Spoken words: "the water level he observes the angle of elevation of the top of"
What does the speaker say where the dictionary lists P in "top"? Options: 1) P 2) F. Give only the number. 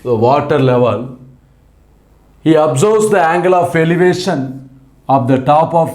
1